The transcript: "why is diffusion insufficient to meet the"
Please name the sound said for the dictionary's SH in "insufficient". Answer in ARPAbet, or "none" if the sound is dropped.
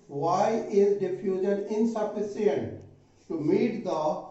S